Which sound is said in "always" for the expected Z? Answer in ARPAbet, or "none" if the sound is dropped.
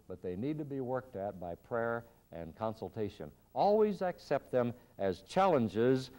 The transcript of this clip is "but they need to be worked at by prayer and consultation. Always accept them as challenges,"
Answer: Z